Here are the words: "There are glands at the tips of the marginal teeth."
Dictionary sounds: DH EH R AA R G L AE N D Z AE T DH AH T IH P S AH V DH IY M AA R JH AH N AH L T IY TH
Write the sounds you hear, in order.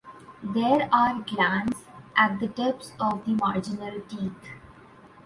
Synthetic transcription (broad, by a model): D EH R AA R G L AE N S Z AE T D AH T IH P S AH V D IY M AA R JH AH N AH L T IY T